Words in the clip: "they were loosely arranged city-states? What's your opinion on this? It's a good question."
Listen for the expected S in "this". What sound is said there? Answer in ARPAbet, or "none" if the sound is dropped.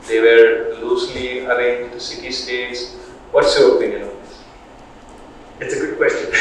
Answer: none